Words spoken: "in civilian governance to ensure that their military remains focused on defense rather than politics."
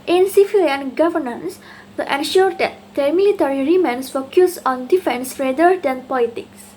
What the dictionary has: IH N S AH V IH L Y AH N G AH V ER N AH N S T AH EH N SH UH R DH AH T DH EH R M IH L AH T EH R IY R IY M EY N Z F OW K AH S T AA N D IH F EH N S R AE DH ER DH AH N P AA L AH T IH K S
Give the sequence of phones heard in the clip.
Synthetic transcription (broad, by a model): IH N S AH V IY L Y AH N G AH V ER N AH N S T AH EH N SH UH R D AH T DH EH M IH L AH T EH R IY R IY M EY N S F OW K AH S AA N D IH F EH N S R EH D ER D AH N P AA L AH T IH K S